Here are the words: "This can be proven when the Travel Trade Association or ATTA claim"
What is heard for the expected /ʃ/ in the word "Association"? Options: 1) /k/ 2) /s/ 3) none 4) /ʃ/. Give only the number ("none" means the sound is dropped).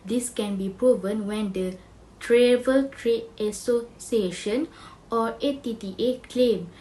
4